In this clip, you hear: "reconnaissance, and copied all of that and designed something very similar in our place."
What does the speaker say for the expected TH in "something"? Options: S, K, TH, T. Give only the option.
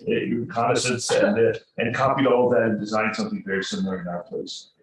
TH